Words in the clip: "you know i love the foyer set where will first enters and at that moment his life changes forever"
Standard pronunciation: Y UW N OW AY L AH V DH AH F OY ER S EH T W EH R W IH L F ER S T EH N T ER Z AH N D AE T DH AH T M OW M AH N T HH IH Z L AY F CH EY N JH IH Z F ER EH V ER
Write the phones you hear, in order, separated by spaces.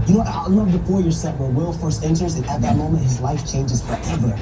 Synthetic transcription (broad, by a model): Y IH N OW AY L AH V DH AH P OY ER S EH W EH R W IH L F ER S T EH N T ER Z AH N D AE T DH AH T M OW M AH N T HH IH Z L AY F CH EY N JH IH Z F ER EH V ER